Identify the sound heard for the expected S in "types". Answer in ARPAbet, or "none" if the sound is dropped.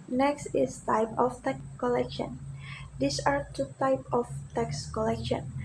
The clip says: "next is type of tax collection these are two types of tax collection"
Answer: none